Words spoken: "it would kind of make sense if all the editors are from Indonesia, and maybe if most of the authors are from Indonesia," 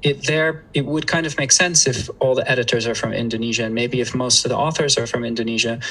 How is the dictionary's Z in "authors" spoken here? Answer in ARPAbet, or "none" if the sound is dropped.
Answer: Z